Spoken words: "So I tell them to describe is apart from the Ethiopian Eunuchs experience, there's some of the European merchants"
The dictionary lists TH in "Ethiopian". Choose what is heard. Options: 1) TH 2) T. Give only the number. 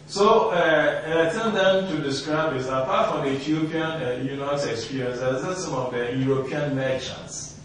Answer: 2